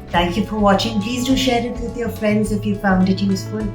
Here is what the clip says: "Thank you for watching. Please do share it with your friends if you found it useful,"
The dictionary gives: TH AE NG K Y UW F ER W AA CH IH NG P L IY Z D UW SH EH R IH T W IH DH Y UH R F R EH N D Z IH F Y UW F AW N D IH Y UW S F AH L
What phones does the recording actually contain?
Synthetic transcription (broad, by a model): TH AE NG K Y UW F ER W AA CH IH NG P L IY Z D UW SH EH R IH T W IH DH Y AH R F R EH N D Z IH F Y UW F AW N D IH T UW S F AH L